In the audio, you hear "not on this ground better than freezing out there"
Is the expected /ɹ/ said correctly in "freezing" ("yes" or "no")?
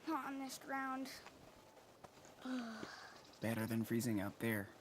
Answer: yes